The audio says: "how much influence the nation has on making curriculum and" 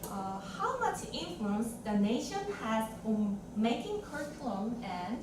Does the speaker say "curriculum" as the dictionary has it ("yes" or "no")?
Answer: no